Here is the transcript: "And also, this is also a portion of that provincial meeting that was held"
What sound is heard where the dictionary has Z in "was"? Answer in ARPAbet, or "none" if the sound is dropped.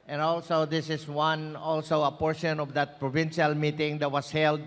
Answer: S